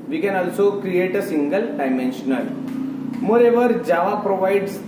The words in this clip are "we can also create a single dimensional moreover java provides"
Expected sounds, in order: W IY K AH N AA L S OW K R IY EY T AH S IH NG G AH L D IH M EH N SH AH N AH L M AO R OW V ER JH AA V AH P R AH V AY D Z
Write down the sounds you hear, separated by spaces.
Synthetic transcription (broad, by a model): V IY K AH N AA L S OW K R IY EY T AH S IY NG G AH L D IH M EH N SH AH N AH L M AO R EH V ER JH AA V AH P R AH V AY D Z